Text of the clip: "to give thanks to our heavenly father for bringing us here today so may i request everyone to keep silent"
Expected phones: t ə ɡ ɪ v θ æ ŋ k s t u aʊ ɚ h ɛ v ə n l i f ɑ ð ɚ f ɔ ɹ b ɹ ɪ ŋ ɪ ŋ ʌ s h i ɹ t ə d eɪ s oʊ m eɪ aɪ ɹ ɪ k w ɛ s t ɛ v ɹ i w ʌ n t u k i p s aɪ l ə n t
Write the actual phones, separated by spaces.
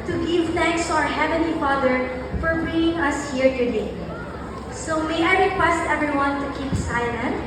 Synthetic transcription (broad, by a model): t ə ɡ ɪ v θ æ ŋ k s t u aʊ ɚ h ɛ v ə n l i f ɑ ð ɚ f ɔ ɹ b i ɪ ŋ ʌ s h i ɹ t ə d eɪ s oʊ m eɪ aɪ ɹ ɪ k w ɛ s t ɛ v ɹ i w ʌ n t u k i p s aɪ l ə n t